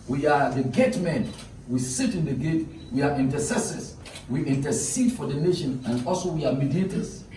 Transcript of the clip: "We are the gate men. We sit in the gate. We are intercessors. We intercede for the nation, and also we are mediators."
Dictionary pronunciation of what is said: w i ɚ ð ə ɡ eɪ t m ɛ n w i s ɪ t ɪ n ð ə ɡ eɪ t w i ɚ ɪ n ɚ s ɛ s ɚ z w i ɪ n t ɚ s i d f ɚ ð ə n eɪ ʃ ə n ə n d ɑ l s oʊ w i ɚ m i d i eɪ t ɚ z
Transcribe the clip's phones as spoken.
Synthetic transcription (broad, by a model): w i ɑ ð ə ɡ eɪ t m ɛ n w i s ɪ t ɪ n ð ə ɡ eɪ t w i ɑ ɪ n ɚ s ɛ s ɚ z w i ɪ n t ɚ s i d f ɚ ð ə n eɪ ʃ ə n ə n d ɑ l s oʊ w i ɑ m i d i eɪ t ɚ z